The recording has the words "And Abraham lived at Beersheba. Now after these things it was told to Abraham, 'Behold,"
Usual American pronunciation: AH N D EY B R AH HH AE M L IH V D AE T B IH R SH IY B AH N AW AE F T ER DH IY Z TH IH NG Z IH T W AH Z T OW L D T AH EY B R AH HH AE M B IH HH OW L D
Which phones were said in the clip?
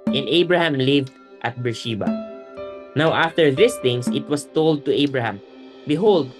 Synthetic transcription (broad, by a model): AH N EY B R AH HH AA M L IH V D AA T B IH R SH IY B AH N AW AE F T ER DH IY S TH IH NG S IH T W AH S T OW L D T AH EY B R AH HH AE M B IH HH OW L D